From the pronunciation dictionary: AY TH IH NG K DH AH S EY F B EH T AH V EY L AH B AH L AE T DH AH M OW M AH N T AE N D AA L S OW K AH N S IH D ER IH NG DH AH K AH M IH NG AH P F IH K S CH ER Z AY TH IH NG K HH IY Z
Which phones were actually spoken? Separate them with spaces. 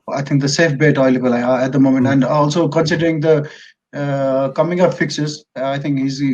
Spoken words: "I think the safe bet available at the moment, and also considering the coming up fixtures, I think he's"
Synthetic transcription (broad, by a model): AY T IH NG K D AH S EY F B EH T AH IH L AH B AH L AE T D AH M OW M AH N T AE N D AA L S OW K AH N S IH D ER IH NG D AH K AH M IH NG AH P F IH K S ER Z AY T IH NG K HH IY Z